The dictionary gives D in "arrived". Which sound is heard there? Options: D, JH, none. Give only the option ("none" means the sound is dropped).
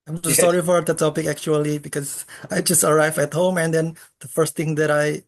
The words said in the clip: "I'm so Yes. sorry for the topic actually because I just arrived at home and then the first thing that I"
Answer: none